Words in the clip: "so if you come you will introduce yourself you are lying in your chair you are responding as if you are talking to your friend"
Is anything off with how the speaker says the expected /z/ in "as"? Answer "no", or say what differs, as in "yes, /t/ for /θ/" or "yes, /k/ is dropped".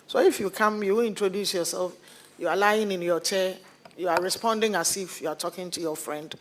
yes, /s/ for /z/